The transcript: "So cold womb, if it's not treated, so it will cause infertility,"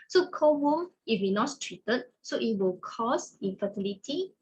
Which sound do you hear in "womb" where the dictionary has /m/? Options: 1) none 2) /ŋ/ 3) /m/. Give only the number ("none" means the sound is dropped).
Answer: 1